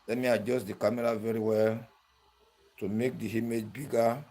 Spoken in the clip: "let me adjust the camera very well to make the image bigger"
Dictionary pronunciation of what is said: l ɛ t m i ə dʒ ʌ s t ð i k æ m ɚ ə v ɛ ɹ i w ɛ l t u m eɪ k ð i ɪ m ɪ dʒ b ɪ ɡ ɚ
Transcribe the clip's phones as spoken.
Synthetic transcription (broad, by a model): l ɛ m i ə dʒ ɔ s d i k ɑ m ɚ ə v ɛ ɹ i w ɛ l t u m eɪ k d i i m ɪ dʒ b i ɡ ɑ